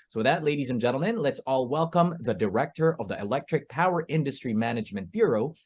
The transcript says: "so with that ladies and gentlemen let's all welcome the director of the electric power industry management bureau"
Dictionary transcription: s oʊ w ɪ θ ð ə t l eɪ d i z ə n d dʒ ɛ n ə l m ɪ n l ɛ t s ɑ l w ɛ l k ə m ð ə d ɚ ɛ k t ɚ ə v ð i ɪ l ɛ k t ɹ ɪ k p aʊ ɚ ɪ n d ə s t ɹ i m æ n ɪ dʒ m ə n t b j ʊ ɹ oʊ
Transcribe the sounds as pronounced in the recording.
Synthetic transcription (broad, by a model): s oʊ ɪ ð ə t l eɪ d i z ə n dʒ ɛ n l m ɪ n l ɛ t s ɑ l w ɛ l k ə m ð ə d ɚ ɛ k t ɚ ə v ð i ɪ l ɛ k t ɹ ɪ k p aʊ ɚ ɪ n d ə s t ɹ i m æ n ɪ dʒ m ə n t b j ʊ ɹ oʊ